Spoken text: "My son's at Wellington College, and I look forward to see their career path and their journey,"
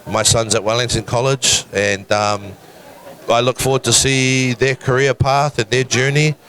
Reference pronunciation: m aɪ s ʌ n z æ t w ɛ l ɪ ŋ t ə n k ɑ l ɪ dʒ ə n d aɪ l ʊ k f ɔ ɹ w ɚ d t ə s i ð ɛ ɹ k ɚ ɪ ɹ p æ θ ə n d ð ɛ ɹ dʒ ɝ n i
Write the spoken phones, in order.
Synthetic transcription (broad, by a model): m aɪ s ʌ n z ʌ t w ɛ l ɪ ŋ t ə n k ɑ l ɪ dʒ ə n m aɪ l ʊ k f ɔ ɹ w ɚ d t ə s i ð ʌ ɹ k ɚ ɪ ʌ p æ θ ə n ð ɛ ɹ dʒ ɝ n i